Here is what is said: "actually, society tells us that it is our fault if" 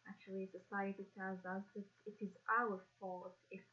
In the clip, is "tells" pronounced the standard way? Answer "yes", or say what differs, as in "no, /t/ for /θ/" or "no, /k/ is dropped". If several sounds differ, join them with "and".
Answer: no, /l/ is dropped